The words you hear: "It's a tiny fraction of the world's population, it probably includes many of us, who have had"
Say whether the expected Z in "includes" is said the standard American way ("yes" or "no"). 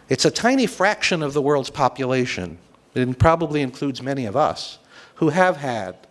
yes